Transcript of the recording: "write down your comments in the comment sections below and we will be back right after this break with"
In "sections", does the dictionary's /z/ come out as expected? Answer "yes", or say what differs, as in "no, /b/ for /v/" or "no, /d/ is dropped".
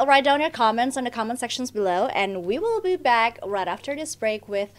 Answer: yes